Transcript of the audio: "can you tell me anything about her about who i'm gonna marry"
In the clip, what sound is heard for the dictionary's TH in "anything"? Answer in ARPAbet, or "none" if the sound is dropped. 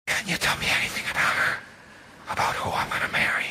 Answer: TH